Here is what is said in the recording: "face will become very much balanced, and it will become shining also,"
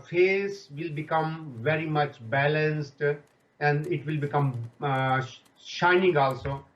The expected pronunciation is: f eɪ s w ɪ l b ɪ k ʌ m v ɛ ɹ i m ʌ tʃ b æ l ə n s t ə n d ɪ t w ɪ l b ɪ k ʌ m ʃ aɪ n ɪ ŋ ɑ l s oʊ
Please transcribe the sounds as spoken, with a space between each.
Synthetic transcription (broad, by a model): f eɪ s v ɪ l b ɪ k ʌ m v ɛ ɹ i m ʌ tʃ b æ l ə n s t ə n d ɪ t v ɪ l b ɪ k ʌ m ʃ aɪ n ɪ ŋ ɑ l s oʊ